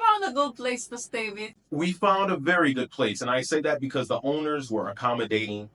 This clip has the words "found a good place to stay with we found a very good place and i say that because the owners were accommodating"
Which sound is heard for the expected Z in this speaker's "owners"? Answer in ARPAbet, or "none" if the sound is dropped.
Z